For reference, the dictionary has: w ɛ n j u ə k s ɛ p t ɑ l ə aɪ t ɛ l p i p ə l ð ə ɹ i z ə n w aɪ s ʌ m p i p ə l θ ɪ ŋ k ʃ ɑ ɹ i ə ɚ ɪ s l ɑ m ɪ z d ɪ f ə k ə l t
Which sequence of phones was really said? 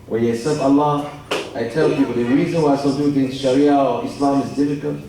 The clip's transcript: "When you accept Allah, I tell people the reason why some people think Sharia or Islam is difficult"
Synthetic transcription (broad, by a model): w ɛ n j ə s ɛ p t ɑ l ə aɪ t ɛ l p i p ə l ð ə ɹ i z ə n w aɪ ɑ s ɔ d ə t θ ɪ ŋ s ʃ ɑ ɹ i ə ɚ ɪ s l ɑ m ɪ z d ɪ f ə k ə l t